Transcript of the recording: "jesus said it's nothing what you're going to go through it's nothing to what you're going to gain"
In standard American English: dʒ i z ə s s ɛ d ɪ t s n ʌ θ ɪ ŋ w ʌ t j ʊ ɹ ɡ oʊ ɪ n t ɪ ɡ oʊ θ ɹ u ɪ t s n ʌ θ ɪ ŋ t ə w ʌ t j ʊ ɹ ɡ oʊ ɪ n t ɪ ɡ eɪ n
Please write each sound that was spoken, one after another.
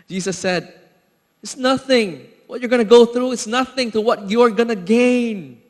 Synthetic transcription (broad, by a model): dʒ i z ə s s ɛ d ɪ t s n ʌ θ ɪ ŋ w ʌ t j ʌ ɹ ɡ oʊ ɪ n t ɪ ɡ oʊ θ ɹ u ɪ t s n ʌ θ ɪ ŋ t ə w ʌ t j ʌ ɹ ɡ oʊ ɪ n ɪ ɡ eɪ n